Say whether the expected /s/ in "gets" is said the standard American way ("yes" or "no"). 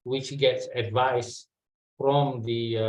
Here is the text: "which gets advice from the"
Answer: yes